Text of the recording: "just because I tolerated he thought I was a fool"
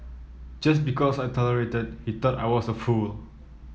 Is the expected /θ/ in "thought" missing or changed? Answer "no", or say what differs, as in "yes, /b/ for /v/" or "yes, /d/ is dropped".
yes, /t/ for /θ/